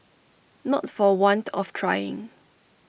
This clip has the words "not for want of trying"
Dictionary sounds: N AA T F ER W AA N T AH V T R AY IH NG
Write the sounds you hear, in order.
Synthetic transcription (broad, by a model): N AA T F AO W AA N T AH F T R AY IH NG